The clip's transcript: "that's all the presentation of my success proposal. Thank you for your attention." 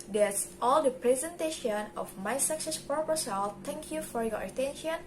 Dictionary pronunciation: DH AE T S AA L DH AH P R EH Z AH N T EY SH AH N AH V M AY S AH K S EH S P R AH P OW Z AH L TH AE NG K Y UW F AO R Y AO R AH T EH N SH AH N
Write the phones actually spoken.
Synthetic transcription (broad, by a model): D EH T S AA L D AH P R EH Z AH N T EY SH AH N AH F M AY S AH K S EH S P AH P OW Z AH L T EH NG K Y UW F AO R Y AO R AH T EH N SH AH N